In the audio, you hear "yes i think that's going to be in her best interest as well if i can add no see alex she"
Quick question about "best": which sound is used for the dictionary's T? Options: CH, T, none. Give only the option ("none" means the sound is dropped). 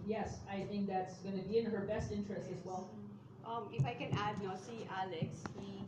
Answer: T